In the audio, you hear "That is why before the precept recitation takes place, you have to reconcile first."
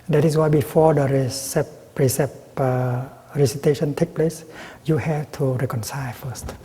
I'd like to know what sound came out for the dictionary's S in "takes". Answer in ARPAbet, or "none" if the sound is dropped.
none